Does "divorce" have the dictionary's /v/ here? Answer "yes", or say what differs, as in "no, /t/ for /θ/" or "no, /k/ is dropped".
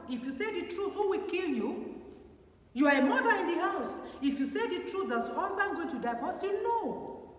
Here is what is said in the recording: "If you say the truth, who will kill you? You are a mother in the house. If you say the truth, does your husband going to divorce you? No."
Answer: no, /f/ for /v/